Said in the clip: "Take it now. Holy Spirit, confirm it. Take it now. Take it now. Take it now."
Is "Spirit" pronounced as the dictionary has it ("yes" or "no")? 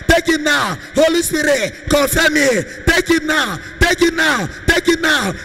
no